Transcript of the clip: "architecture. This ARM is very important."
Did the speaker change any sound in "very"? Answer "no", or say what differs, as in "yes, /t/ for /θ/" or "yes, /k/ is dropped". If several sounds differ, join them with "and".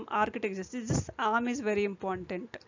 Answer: no